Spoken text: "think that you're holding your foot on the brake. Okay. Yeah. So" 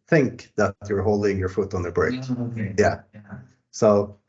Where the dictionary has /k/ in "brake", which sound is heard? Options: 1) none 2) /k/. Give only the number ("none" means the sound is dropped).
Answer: 1